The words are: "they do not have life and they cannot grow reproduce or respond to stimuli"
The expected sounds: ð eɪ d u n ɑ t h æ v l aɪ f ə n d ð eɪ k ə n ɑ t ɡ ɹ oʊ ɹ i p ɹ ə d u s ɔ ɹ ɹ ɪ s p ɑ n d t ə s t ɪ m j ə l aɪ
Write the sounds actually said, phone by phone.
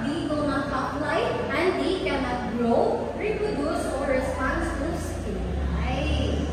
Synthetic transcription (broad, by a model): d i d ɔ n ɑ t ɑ p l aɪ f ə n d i k ə n ɑ t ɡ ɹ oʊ ɹ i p ɹ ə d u s ɔ ɹ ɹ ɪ s p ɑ n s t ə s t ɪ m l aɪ